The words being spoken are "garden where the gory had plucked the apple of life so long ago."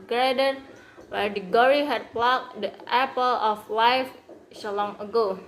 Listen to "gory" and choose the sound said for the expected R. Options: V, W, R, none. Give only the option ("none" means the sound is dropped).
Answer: R